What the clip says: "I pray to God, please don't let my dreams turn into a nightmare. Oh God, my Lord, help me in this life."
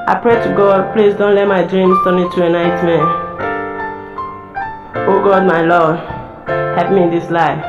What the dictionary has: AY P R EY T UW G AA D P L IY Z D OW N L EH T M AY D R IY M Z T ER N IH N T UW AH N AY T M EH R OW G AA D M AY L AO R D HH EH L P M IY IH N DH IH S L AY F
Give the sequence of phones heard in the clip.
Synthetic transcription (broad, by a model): AY P R EY T UW G AA D P L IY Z D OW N L EH T M AY D R IY M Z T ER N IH T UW AH N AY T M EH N OW G AA D M AY L AO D HH EH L P M IY IH N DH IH S L AY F